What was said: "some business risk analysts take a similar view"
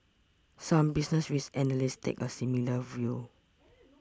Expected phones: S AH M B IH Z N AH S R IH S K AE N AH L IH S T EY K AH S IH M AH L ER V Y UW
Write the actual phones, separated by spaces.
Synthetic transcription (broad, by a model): S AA M B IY S N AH S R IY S EH N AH L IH S T EY K AH S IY M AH L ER V Y UW